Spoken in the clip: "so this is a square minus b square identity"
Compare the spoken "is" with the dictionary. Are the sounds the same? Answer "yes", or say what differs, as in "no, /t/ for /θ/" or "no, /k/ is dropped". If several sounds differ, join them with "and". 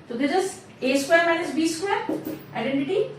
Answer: no, /s/ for /z/